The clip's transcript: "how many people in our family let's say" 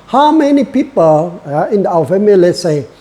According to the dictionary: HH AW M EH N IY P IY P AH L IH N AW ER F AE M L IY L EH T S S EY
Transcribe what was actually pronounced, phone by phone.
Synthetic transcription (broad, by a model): HH AW M EH N IY P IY P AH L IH N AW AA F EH M IY L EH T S S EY